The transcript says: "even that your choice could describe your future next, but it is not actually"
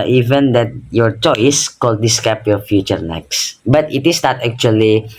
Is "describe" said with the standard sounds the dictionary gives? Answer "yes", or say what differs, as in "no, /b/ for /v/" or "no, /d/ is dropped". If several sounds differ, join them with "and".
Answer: no, /ɹ/ is dropped